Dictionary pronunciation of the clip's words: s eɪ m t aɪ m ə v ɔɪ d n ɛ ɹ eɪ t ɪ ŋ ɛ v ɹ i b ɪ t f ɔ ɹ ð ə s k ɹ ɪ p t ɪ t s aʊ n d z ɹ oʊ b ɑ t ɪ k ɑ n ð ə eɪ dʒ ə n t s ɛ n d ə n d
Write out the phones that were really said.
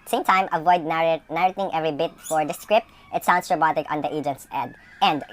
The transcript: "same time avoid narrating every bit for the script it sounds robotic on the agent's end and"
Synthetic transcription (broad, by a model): s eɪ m t aɪ m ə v ɔɪ d n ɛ ɹ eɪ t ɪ ŋ ɛ v ɹ i b ɪ t f ɔ ɹ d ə s k ɹ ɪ p t ɪ t s aʊ n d s ɹ oʊ b ɑ t ɪ k ɑ n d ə eɪ dʒ ə n t s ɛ d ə n d